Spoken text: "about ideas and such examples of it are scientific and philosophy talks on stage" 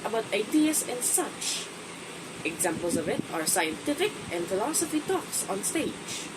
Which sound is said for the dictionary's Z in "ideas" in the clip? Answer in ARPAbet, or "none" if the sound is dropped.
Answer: S